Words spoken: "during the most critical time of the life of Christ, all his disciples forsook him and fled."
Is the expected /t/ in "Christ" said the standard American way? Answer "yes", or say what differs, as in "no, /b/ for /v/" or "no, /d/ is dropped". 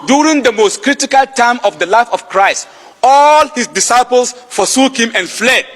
yes